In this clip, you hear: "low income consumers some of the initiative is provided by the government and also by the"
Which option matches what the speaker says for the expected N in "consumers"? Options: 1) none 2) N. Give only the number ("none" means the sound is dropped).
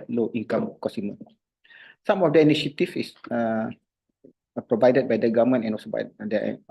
1